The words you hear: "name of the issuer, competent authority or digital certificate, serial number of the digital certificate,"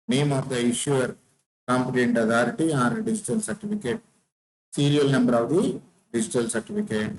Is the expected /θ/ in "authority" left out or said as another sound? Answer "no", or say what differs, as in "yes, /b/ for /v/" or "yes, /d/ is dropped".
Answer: yes, /t/ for /θ/